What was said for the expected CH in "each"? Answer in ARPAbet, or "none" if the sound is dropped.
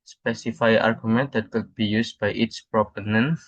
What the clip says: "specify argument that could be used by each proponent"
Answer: S